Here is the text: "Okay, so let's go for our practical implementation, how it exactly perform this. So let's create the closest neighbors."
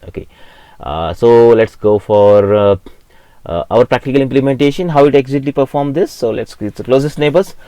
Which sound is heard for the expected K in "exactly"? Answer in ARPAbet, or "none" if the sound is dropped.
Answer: none